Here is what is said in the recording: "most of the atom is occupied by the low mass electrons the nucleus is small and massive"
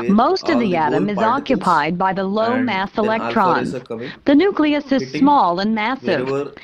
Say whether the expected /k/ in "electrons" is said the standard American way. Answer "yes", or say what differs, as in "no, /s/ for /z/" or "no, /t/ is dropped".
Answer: yes